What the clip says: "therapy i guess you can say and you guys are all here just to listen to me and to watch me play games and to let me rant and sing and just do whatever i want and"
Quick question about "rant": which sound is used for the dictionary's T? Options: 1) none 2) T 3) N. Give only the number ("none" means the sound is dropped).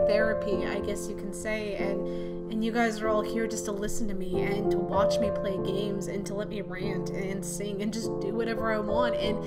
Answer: 2